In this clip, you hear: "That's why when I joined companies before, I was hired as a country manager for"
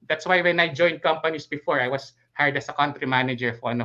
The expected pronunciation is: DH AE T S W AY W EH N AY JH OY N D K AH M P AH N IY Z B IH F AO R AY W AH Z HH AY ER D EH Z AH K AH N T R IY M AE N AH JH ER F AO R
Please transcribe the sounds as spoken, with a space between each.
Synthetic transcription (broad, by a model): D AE T S W AY W EH N AY JH OY N D K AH M P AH N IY S B IH F AO R AY W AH S HH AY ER D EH S AH K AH N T R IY M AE N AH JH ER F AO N